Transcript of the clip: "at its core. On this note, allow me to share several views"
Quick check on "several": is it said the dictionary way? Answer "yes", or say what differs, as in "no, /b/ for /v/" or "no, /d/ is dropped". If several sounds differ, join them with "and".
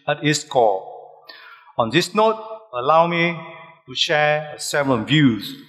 no, /n/ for /l/